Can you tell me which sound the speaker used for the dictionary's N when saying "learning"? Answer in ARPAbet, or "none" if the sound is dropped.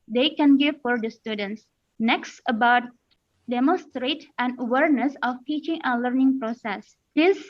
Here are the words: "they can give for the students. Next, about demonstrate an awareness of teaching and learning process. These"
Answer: N